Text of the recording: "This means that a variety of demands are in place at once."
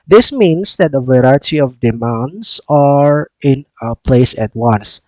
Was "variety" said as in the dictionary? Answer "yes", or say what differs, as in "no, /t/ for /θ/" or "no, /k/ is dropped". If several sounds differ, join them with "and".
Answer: yes